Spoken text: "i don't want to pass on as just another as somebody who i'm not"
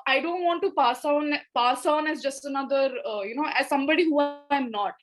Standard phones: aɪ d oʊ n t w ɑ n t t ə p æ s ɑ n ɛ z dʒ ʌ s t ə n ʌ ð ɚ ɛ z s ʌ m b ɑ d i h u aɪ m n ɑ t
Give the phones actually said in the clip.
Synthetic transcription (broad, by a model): aɪ d oʊ n t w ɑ n t s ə p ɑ s ɑ n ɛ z dʒ ʌ s t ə n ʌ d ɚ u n s ʌ m b ɑ d i h u aɪ m n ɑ t